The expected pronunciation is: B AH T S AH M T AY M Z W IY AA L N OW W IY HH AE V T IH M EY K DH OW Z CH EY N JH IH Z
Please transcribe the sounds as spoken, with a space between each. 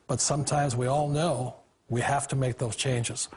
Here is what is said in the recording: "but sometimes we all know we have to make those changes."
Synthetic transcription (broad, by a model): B AH T S AH M T AY M Z W IY AA L N OW W IY HH AE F T IH M EY K DH OW Z CH EY N JH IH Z